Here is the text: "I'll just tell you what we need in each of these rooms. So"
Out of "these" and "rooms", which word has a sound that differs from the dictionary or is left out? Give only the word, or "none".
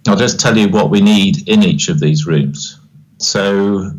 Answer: none